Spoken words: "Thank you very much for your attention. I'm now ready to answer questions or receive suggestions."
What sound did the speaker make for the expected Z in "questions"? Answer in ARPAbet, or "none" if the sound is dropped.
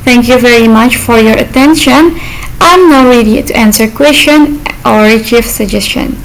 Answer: none